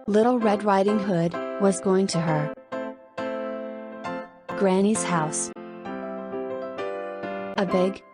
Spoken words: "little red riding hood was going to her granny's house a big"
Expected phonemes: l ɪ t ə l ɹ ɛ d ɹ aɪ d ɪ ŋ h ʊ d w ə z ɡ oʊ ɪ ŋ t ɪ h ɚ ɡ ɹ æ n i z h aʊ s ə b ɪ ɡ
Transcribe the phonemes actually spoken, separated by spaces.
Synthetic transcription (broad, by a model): l ɪ t l ɹ ɛ d ɹ aɪ d ɪ ŋ h ʊ d w ə z ɡ oʊ ɪ ŋ t ɪ ɚ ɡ ɹ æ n i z h aʊ s ə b ɪ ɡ